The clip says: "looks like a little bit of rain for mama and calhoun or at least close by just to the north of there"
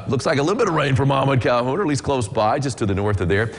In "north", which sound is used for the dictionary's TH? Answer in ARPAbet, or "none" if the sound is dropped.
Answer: TH